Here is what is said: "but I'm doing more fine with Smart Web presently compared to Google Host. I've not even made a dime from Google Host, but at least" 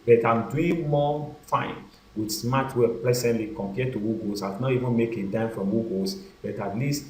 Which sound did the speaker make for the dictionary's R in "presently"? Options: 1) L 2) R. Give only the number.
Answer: 1